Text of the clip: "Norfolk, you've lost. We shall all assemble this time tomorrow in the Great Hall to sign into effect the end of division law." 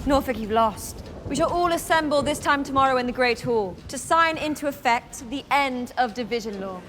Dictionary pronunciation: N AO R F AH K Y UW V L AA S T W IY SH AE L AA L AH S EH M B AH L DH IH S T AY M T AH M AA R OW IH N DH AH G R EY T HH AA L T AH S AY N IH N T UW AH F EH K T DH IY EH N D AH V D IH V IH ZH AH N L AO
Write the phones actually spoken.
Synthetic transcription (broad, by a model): N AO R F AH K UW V L AA S T W IY SH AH L AA L AH S EH M B AH L DH IH S T AY M T AH M AA R OW IH N DH AH G R EY T HH AA L T AH S AY N IH N T UW AH F EH K T DH IY EH N D AH V D IH V IH ZH AH N L AO